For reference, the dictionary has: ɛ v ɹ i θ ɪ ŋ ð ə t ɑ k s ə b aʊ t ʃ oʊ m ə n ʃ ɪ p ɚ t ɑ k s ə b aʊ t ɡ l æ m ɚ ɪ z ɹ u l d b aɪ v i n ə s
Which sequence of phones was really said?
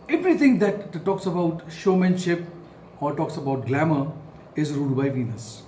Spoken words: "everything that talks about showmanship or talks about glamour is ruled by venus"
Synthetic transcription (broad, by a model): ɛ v ɹ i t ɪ ŋ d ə t ɑ k s ə b aʊ t ʃ oʊ m ə n ʃ ɪ p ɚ t ɑ k s ə b aʊ t ɡ l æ m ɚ ɪ z ɹ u d b aɪ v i n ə s